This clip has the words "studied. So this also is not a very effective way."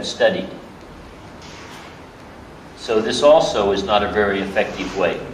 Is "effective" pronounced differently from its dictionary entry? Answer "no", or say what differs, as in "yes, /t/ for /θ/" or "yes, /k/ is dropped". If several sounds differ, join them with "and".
no